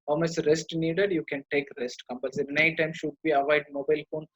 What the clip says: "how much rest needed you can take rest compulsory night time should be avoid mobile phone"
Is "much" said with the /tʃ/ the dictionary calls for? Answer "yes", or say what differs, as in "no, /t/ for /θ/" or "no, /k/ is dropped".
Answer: no, /s/ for /tʃ/